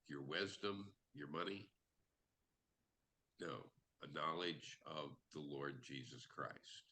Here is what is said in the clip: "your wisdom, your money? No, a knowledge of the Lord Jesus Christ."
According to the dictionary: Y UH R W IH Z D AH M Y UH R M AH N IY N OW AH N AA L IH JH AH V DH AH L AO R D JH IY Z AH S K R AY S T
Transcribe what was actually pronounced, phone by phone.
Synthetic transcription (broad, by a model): Y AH R W IH Z D AH M Y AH R M AH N IY N OW AH N AA L IH JH AH V DH AH L AO R D JH IY Z AH S K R AY S T